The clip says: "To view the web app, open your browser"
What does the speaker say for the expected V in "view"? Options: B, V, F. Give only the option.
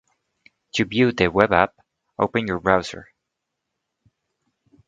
B